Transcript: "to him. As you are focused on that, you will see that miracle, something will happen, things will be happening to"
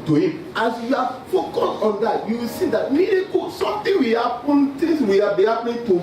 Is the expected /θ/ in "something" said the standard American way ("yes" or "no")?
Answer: no